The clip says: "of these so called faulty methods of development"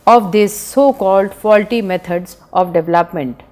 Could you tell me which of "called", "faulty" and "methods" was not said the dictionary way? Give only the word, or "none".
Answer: methods